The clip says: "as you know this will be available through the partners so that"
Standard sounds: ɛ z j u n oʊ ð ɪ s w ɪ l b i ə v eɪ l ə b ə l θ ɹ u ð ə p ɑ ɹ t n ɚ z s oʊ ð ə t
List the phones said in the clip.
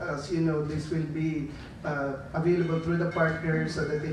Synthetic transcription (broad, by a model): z j u n oʊ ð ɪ s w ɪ l b i ə v eɪ l ə b ə l t ɹ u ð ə p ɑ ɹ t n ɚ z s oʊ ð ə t